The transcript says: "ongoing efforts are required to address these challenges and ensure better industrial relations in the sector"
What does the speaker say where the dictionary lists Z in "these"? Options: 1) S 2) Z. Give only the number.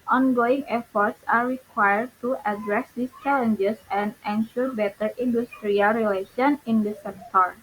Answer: 1